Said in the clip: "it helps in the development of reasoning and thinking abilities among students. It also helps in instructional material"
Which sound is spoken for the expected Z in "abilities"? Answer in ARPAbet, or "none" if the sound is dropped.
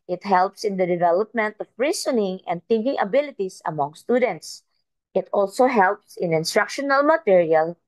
S